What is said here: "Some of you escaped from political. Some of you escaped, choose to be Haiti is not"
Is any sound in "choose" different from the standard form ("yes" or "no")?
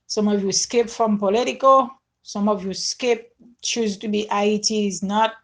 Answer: no